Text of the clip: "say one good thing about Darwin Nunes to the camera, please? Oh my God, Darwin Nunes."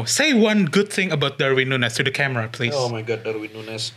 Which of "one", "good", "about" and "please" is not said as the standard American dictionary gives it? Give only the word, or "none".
please